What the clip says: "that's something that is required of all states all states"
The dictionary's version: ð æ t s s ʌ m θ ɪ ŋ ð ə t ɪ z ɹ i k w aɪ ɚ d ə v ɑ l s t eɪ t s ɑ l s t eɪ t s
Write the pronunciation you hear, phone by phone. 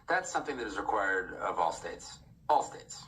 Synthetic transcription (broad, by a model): ð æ t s s ʌ m θ ɪ ŋ ð ə t ɪ z ɹ i k w aɪ ɚ d ə v ɑ l s t eɪ t s ɑ l s t eɪ t s